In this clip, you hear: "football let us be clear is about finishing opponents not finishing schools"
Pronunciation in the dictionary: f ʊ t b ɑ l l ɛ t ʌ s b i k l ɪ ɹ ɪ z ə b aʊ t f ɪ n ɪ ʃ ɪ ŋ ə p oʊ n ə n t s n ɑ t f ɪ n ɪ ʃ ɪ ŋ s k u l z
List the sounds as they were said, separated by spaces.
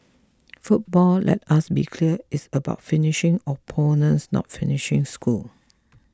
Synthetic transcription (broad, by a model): f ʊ t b ɑ l l ɛ t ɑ s b i k l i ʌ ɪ s ə b aʊ t f ɪ n ɪ ʃ ɪ ŋ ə p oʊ n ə n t s n ɑ t f ɪ n ɪ ʃ ɪ ŋ s k u l